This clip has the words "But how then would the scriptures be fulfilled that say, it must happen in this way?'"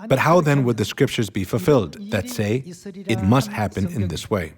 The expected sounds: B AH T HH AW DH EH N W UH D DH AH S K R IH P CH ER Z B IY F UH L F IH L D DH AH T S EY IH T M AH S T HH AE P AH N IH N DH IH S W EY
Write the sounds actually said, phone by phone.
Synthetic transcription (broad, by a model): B AH T HH AW DH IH N W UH D DH AH S K R IH P CH ER Z B IY F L F IH L D DH AH T S EY IH T M AH S T HH AE P AH N IH N DH IH S W EY